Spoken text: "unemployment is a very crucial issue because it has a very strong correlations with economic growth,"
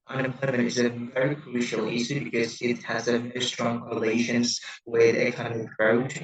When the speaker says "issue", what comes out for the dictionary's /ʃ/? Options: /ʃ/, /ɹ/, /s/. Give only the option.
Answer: /s/